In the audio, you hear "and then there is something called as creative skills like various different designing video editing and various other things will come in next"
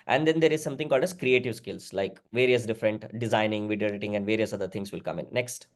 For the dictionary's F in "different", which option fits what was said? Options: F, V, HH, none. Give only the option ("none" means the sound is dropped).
F